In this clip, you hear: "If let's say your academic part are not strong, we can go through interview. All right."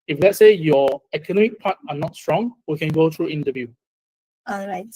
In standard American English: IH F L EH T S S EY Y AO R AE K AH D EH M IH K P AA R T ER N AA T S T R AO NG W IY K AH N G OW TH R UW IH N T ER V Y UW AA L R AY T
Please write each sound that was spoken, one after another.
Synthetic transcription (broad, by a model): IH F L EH T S S EY Y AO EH K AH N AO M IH K P AA T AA N AA T S T R AO NG W IY K AH N G OW T R UW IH N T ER V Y UW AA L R AY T